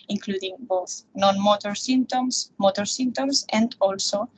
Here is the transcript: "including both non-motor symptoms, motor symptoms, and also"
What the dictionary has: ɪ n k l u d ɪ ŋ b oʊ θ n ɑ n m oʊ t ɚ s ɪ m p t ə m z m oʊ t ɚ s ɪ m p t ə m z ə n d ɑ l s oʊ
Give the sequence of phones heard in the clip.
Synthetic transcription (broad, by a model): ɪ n k l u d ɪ ŋ b oʊ θ n ɑ n m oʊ t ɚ s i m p t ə m s m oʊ t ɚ s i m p t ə m s ə n d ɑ l s oʊ